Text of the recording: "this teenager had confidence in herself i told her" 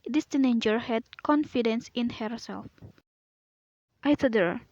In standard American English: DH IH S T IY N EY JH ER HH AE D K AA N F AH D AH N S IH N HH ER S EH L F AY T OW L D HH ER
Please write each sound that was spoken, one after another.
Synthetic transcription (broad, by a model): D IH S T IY N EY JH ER HH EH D K AA N F AH D AH N S IH N HH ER S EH L F AY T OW D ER